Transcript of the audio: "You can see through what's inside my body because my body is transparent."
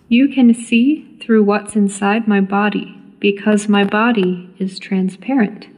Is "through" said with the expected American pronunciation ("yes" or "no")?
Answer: yes